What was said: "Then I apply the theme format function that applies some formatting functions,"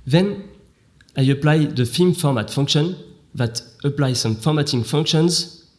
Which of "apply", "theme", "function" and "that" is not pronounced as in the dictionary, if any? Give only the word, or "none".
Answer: theme